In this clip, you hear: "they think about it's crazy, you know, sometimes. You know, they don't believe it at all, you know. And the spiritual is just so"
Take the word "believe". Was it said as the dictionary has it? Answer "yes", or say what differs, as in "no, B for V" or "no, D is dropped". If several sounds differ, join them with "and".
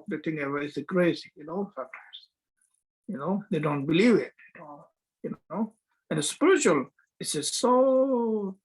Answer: yes